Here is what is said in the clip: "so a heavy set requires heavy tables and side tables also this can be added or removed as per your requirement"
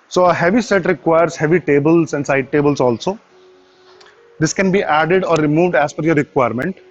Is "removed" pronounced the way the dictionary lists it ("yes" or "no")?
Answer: yes